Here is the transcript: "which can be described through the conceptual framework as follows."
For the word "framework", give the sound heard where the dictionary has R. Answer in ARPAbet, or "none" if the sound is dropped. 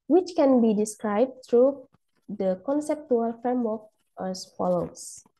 none